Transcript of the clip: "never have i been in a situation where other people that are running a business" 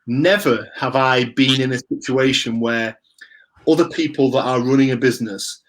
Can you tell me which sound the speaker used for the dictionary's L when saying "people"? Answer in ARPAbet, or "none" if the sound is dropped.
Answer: L